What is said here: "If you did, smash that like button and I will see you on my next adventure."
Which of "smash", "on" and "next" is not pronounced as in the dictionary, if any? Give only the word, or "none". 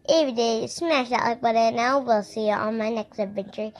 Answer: on